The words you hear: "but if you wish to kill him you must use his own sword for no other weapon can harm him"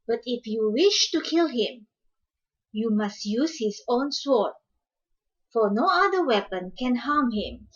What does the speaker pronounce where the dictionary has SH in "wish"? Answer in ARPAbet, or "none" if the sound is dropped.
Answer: SH